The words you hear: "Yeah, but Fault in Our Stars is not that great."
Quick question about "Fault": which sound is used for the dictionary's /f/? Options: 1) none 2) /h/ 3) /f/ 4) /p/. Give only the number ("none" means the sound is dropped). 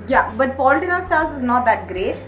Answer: 4